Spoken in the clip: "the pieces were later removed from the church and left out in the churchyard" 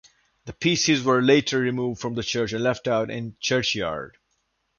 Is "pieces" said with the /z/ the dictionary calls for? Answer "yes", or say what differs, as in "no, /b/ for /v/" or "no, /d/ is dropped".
yes